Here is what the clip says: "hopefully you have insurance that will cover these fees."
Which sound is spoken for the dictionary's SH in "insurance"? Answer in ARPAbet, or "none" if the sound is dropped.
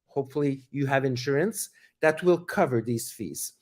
SH